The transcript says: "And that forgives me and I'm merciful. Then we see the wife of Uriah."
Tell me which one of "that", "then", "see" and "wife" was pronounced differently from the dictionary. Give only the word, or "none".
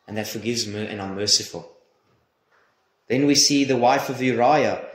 none